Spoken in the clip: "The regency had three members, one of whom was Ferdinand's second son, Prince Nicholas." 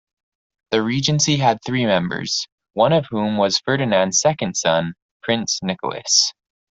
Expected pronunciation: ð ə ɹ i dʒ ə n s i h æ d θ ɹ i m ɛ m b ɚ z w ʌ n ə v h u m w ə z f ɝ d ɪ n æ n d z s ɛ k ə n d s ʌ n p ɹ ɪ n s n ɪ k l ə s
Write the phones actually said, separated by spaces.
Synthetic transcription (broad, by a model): ð ə ɹ i dʒ ə n s i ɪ d θ ɹ i m ɛ m b ɚ z w ʌ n ə v h u m w ə z f ɝ d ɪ n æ n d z s ɛ k ə n d s ʌ n p ɹ ɪ n s n ɪ k l ə s